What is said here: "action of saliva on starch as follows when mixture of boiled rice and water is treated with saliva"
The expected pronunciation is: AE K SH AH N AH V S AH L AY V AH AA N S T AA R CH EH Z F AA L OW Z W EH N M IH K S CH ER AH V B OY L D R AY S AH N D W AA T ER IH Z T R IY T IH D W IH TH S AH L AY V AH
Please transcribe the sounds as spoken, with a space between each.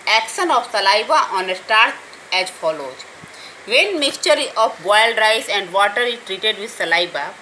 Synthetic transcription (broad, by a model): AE K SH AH N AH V S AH L AY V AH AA N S T AA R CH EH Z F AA L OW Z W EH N M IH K S CH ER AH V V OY L D R AY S AH N D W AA T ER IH T R IY T IH D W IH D S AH L AY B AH